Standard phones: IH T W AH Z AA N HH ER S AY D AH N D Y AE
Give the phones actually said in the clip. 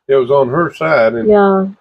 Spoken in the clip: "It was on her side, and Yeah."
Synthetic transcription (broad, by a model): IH T W AH Z N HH ER S AY D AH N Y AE